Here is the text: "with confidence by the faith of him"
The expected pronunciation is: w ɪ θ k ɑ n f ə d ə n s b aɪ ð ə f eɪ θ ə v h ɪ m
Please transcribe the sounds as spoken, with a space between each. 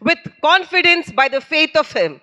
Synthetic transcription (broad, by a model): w ɪ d k ɑ n f ə d ə n s b aɪ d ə f eɪ t ə v h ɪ m